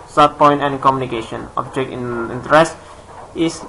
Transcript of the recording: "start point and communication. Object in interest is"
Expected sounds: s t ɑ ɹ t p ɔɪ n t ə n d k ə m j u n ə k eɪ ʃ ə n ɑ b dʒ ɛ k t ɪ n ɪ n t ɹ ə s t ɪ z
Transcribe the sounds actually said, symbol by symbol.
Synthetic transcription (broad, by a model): s t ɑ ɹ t p ɔɪ n t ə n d k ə m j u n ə k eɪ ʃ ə n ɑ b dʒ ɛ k ɪ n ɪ n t ɹ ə s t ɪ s